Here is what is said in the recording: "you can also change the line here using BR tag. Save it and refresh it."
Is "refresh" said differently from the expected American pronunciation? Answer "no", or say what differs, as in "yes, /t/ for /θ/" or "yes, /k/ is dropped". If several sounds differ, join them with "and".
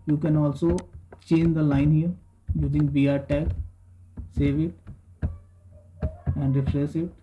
yes, /s/ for /ʃ/